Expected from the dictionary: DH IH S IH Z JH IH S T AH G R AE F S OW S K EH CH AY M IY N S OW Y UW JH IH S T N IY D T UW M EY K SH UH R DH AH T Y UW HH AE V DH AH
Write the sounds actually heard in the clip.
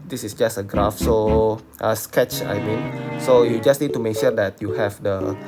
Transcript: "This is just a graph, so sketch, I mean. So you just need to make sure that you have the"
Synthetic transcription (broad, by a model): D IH S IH S JH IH S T AH G R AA F S OW S K EH CH AY M IY N S OW Y UW JH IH S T N IY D T UW M EY K SH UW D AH T Y UW HH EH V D AH